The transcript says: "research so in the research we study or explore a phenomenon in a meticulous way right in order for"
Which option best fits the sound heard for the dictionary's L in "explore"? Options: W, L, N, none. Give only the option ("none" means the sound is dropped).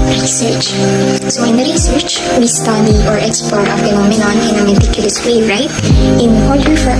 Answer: none